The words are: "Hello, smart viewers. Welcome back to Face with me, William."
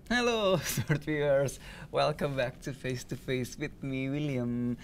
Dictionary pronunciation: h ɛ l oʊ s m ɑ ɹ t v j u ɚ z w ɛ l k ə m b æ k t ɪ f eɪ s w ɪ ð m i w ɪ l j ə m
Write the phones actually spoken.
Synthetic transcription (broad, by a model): h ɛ l oʊ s ɑ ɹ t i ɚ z w ɛ l k ə m b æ k t ɪ f eɪ s w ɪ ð m i w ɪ l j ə m